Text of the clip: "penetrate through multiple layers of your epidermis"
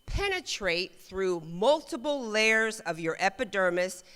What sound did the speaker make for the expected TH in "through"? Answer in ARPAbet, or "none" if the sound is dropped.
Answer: TH